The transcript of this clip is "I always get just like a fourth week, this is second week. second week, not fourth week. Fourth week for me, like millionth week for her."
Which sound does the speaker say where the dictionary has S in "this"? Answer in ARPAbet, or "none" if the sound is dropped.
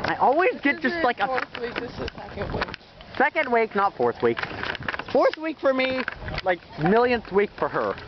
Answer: none